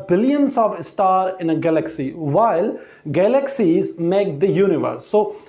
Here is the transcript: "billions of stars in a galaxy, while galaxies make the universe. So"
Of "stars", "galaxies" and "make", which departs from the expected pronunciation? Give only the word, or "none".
stars